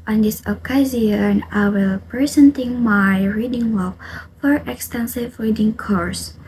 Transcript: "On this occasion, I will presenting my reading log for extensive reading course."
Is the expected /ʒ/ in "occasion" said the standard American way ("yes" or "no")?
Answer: no